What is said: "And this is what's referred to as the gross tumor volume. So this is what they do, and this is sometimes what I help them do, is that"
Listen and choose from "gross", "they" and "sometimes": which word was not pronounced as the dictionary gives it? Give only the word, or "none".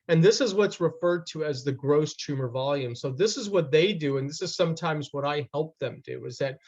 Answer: none